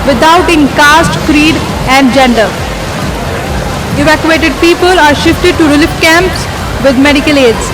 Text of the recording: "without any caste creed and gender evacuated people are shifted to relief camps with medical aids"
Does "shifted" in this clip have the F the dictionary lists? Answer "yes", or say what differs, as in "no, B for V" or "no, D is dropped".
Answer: yes